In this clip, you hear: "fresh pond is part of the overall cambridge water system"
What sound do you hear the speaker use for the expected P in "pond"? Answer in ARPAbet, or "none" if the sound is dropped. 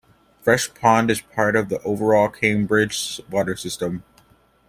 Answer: P